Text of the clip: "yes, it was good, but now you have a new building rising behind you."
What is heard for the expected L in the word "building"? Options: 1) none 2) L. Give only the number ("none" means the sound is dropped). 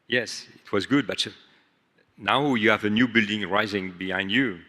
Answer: 2